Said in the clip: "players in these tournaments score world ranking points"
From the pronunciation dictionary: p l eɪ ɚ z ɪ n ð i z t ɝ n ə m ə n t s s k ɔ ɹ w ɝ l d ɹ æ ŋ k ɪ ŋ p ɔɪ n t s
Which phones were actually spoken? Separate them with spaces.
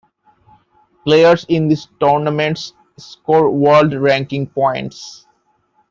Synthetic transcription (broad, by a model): p l eɪ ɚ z ɪ n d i s t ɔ n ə m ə n t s s k ɔ ɹ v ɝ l d ɹ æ ŋ k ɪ ŋ p ɔɪ n t s